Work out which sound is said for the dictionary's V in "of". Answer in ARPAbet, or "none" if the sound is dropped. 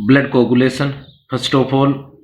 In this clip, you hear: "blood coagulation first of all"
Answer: P